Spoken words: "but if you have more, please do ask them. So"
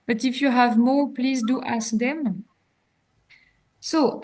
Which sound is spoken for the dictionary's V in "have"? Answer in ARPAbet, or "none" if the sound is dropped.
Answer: V